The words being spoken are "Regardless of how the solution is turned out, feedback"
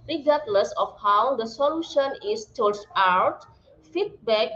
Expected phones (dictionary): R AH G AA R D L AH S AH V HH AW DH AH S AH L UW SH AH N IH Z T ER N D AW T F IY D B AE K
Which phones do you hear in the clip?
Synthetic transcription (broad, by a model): R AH G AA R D L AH S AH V HH AW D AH S AH L UW SH AH N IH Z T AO D AW T F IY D B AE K